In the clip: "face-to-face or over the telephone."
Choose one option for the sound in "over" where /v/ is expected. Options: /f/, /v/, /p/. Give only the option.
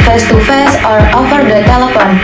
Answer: /f/